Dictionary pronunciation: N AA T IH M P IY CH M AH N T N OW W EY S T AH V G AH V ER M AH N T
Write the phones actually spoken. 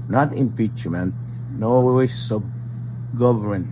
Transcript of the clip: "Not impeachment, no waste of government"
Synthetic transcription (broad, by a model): N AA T IH M P IY CH M AH N T N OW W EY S AH B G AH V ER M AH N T